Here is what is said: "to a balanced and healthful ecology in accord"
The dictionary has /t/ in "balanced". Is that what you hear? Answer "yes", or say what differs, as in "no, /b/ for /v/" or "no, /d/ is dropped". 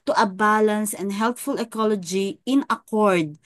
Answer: no, /t/ is dropped